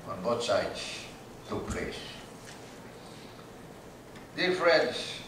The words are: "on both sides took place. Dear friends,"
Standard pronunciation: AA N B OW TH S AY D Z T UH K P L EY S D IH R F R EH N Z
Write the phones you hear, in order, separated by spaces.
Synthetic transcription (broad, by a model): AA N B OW T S AY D S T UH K P L EY S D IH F R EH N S